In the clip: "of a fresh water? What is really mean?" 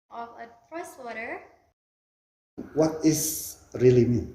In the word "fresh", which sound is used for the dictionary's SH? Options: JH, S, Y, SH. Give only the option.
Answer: S